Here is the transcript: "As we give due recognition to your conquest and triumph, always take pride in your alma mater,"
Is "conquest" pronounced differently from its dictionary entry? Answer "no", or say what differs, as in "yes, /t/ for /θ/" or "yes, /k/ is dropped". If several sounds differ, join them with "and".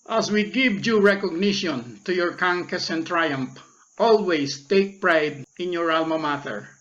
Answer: yes, /t/ is dropped